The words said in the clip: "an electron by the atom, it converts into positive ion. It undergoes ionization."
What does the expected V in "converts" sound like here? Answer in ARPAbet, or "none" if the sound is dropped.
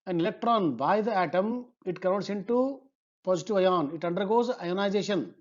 none